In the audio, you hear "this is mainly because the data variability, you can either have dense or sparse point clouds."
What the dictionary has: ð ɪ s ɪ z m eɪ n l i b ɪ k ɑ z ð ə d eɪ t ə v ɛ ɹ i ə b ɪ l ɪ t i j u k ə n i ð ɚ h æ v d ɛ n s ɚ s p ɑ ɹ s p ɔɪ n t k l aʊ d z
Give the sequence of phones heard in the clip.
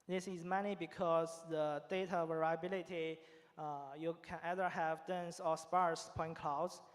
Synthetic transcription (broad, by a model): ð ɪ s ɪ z m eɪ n i b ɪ k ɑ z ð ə d eɪ t ə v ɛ ɹ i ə b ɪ l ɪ t i j u k ə n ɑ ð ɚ h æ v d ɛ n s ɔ s p ɑ ɹ s p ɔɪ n k l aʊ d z